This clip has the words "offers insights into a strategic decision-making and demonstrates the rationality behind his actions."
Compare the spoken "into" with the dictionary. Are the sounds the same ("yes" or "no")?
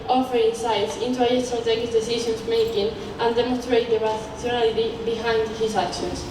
yes